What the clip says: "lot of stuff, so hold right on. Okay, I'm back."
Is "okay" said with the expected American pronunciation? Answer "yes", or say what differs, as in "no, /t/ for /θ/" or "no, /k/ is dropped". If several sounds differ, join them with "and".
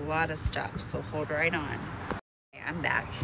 no, /k/ is dropped